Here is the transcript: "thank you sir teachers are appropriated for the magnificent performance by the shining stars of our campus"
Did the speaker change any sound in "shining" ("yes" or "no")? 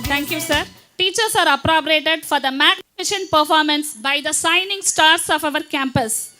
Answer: yes